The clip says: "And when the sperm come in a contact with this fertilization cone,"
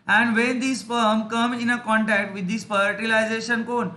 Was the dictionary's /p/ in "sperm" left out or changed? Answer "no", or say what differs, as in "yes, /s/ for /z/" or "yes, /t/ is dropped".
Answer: yes, /f/ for /p/